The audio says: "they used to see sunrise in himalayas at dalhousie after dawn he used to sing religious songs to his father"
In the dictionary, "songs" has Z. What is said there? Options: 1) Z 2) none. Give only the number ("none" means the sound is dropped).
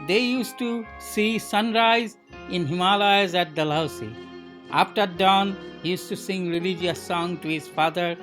2